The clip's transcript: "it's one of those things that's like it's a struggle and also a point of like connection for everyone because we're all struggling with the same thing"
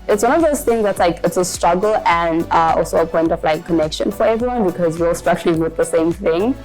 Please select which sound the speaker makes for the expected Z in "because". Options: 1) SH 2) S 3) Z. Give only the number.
3